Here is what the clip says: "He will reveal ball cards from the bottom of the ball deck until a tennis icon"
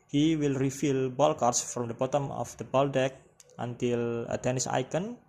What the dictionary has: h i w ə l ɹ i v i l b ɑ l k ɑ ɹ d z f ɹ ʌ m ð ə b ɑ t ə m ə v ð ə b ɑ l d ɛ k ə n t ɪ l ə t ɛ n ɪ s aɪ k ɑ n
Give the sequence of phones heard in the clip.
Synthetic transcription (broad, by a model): h i w ə l ɹ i f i l b ɑ l k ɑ ɹ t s f ɹ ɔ m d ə b ɑ t ə m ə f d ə b ɑ l d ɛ k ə n t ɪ l ə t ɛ n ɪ s aɪ k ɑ n